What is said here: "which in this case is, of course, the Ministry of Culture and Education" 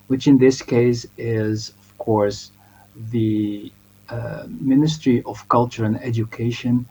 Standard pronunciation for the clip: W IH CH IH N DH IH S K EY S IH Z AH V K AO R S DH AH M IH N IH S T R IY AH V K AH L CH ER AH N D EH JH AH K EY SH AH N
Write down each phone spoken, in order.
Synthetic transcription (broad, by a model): W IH CH IH N DH IH S K EY S IH Z AH V K AO R S DH AH M IH N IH S T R IY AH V K AH L CH ER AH N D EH JH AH K EY SH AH N